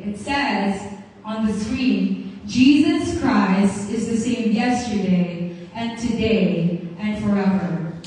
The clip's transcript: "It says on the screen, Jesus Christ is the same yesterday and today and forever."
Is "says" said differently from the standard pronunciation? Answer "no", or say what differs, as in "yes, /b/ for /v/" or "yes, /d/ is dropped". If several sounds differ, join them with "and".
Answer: no